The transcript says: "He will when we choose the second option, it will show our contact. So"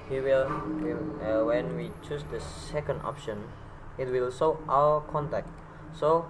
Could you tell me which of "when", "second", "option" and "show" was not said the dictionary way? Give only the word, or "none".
show